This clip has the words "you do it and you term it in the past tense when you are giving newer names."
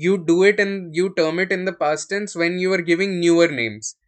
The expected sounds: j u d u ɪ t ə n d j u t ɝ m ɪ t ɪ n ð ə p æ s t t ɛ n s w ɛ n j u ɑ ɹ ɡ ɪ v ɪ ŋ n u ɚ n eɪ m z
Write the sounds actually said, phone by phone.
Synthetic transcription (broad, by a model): j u d u ɪ t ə n j u t ɝ m ɪ t ɪ n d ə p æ s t t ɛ n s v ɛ n j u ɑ ɹ ɡ ɪ v ɪ ŋ n u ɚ n eɪ m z